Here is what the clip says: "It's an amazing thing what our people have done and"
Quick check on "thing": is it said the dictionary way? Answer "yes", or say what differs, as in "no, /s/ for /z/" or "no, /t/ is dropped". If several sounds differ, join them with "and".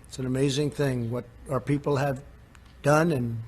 yes